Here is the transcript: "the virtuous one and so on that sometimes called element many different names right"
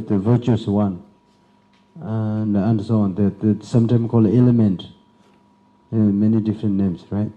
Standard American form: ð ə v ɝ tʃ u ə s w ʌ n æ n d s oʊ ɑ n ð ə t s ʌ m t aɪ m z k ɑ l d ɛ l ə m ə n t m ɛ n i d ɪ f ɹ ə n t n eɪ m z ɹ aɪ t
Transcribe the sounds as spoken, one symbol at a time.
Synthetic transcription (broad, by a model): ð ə v ɝ tʃ u ə s w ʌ n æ n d s oʊ ɑ n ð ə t s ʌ m t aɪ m k ɑ l d ɛ l ə m ə n t m ɛ n i d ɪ f ɹ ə n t n eɪ m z ɹ aɪ t